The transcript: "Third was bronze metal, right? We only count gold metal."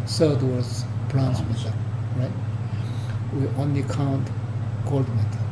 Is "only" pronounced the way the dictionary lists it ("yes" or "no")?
yes